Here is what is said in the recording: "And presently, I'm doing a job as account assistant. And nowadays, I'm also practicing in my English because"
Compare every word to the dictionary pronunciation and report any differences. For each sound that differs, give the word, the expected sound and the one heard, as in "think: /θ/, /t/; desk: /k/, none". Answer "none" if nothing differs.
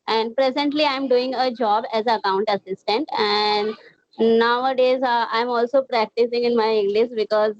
none